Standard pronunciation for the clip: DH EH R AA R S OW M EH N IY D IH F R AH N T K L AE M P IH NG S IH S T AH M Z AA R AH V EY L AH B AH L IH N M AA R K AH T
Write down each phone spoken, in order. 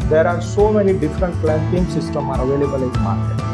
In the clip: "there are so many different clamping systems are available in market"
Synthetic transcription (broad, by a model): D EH R AA R S OW M EH N IY D IH F R AH N T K L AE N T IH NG S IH S T AH M AA R AH V EY L AH B AH L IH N M AA R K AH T